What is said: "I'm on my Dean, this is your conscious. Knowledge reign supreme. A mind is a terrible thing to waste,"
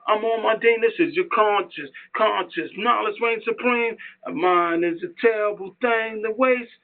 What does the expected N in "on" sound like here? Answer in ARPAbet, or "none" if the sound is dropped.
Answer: L